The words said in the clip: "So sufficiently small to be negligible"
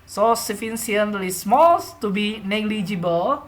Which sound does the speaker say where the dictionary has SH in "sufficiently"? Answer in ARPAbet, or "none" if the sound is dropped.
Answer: S